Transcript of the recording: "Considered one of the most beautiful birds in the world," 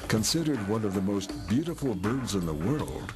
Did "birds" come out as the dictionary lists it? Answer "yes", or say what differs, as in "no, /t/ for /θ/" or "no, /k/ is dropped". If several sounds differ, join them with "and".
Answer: yes